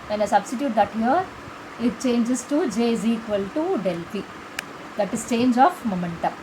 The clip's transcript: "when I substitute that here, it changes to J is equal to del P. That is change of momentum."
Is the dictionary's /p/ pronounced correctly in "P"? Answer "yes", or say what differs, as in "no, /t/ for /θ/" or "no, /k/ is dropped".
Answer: no, /f/ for /p/